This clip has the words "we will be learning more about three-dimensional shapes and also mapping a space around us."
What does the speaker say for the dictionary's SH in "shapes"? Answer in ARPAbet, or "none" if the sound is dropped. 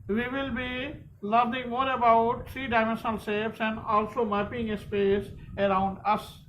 S